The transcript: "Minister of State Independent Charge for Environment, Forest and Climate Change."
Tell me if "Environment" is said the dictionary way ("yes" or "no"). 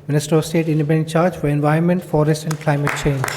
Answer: no